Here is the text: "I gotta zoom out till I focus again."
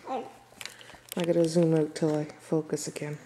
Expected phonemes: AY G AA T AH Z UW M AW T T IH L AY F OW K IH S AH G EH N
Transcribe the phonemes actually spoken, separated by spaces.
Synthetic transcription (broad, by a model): AY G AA T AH Z UW M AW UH T IH L AY F OW K IH S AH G EH N